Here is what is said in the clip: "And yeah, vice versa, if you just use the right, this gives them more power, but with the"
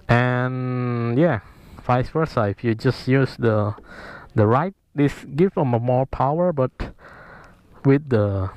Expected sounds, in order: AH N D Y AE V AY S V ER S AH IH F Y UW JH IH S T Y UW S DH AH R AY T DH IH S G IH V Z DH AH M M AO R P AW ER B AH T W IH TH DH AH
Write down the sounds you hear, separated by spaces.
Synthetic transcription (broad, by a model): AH N Y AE F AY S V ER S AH IH F Y UW JH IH S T Y UW S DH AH R AY T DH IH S G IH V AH M M AO R P AW ER B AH T W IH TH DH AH